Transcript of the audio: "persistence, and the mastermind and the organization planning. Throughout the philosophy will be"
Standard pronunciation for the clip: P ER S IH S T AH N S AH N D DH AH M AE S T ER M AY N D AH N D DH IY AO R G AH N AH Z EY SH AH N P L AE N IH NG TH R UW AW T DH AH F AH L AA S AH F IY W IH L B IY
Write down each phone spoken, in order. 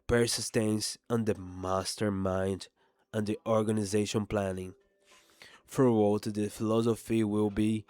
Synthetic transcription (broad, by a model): P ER S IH S T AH N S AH N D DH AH M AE S T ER M AY N D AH N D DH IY AO R G AH N AH Z EY SH AH N P L AE N IH NG F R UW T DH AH F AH L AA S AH F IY W IH L B IY